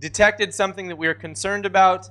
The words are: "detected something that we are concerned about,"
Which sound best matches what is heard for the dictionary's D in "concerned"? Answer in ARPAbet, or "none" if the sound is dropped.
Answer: D